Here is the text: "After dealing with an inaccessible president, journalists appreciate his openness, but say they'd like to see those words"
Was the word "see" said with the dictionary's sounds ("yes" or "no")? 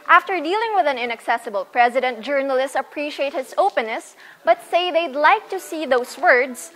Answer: yes